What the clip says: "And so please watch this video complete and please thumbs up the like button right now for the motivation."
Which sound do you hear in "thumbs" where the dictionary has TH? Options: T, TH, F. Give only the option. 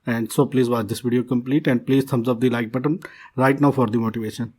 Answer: T